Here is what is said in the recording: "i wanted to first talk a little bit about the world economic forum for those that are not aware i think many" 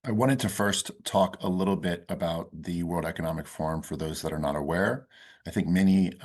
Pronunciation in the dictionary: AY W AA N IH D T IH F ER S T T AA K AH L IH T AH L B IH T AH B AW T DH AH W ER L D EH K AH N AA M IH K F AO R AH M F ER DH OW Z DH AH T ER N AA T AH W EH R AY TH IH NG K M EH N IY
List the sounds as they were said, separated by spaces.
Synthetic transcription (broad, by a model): AY W AA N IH D T IH F ER S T T AA K AH L IH T L B IH T AH B AW T DH AH W ER L D EH K AH N AA M IH K F AO R M F ER DH OW Z DH AH T ER N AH T AH W EH R AY TH IH NG K M EH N IY